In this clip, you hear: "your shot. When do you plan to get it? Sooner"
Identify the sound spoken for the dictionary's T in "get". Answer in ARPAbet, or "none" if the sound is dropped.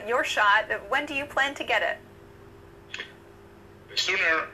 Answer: T